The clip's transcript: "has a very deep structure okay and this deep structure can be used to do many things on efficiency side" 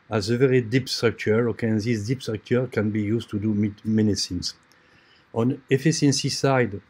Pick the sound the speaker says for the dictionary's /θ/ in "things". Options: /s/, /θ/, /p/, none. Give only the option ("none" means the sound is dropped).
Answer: /s/